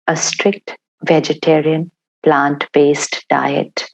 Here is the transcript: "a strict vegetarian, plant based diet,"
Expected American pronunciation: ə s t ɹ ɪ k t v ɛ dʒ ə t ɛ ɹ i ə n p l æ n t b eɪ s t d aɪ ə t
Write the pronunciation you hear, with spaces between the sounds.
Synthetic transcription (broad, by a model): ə s t ɹ ɪ k t v ɛ dʒ ə t ɛ ɹ i ə n p l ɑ n t b eɪ s t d aɪ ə t